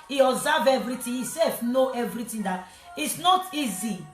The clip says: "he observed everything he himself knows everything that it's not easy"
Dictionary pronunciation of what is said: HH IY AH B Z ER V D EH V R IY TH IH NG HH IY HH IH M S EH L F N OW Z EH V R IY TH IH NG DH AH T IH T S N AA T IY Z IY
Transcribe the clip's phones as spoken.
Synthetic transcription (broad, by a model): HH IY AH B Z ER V EH V R IY T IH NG HH IY S EH L F N OW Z EH V R IY T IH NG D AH T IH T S N AA T IY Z IY